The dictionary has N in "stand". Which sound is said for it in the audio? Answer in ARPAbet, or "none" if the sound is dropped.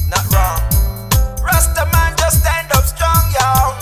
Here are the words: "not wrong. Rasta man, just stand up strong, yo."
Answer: N